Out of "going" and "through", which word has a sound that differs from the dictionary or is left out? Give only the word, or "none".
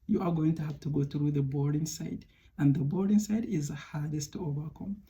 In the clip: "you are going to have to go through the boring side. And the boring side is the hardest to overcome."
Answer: none